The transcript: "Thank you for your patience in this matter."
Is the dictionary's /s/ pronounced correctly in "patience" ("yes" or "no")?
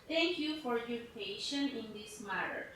no